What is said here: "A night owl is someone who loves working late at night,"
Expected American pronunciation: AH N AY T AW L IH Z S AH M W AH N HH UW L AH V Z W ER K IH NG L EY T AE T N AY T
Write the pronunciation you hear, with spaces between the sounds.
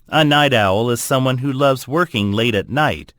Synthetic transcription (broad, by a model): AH N AY T AW L IH Z S AH M W AH N HH UW L AH V Z W ER K IH NG L EY T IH T N AY T